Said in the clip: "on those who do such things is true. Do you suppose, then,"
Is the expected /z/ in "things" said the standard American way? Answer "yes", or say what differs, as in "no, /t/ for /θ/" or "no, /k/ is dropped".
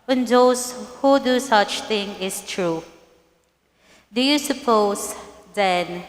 no, /z/ is dropped